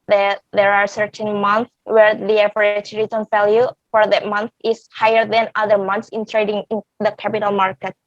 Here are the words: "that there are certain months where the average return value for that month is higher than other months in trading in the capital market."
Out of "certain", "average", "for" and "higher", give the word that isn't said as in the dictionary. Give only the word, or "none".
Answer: average